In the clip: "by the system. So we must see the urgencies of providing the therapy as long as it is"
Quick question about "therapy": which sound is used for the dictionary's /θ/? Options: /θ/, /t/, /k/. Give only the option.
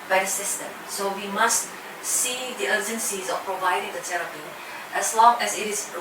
/t/